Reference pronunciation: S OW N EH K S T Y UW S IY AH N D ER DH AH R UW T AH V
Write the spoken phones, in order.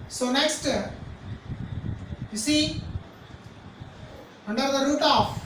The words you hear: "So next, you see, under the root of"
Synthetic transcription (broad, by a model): S OW N EH K S T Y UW S IY AH N D ER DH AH R UW T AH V